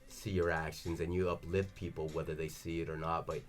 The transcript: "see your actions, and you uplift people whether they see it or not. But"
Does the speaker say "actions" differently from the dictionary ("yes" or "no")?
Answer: no